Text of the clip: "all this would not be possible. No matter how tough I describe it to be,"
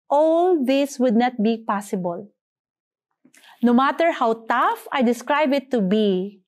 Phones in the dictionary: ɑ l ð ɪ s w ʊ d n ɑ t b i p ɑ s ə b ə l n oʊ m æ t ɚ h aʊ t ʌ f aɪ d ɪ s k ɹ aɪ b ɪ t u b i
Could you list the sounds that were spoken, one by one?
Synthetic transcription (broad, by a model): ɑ l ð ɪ s w ʊ d n ɑ t b i p ɑ s ə b ə l n oʊ m æ t ɚ h aʊ t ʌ f aɪ d ɪ s k ɹ aɪ b ɪ t u b i